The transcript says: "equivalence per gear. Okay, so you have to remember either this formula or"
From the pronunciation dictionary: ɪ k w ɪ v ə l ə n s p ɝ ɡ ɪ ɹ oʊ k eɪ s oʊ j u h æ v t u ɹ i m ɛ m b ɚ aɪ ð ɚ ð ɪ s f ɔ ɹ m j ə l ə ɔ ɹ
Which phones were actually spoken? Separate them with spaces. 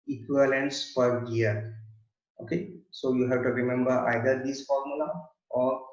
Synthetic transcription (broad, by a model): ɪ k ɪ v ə l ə n s f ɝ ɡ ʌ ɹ oʊ k eɪ s oʊ j u h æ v t u ɹ i m ɛ m b ɚ aɪ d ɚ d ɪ s f ɔ ɹ m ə l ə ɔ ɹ